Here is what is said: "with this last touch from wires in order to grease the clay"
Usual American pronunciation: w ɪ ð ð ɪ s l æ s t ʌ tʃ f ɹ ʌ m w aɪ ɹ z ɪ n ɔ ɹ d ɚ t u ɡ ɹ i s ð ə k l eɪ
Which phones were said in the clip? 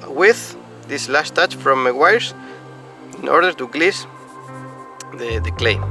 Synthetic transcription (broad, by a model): w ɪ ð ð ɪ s l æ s t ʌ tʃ f ɹ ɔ m w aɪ ɹ s ɪ n ɔ ɹ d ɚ t u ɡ l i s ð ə k l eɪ